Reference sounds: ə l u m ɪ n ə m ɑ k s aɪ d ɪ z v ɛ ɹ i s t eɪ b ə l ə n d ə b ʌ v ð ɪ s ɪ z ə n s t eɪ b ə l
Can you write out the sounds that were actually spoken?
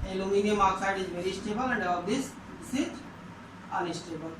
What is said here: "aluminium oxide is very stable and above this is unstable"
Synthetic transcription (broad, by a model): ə l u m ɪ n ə m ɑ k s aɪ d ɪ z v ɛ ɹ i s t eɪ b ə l ə n d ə ʌ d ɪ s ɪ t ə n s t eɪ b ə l